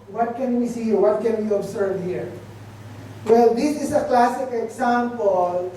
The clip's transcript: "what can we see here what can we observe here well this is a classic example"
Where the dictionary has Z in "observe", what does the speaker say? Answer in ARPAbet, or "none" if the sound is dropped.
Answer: S